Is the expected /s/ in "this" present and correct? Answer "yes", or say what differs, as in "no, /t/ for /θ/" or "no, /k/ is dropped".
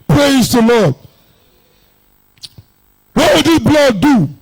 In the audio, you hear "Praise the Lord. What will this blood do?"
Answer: no, /s/ is dropped